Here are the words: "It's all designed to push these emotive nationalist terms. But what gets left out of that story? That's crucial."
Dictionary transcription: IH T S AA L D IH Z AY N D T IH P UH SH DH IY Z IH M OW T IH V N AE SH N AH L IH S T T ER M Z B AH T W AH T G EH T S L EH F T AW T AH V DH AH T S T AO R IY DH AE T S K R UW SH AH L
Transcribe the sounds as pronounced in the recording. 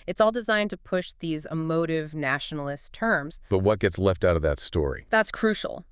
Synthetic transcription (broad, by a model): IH T S AA L D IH Z AY N T IH P UH SH DH IY Z IH M OW T IH V N AE SH N L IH S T T ER M Z B AH T W AH T G EH T S L EH F T AW T AH V DH AH T S T AO R IY DH AE T S K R UW SH L